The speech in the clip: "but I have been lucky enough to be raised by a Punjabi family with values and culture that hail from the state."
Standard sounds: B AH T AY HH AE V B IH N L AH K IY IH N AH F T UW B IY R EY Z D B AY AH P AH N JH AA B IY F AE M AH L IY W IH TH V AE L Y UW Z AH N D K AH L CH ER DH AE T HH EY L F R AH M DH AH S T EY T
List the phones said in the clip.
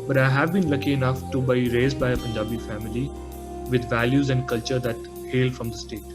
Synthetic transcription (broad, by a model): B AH T AY HH AE V B IH N L AH K IY IH N AH F T UW B IY R EY Z D B AY AH P AH N JH AA B IY F AE M AH L IY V IH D V AE L Y UW Z AH N D K AH L CH ER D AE T HH EY L F R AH M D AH S T EY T